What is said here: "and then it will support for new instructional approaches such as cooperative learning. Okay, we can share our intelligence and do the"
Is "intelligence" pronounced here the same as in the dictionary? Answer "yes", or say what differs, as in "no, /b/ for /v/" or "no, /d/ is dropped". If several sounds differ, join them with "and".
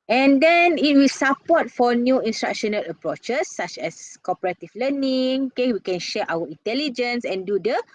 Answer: yes